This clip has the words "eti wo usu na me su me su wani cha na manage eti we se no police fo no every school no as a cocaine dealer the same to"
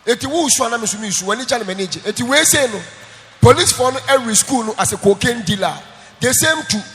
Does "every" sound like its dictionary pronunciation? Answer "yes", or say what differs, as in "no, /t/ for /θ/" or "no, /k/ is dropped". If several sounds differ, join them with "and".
no, /v/ is dropped